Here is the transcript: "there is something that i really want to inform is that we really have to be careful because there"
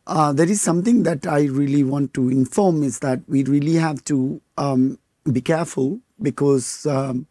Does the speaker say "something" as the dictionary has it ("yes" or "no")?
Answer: no